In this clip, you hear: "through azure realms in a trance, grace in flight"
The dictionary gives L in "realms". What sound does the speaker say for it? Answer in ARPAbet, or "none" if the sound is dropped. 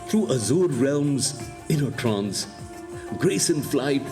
L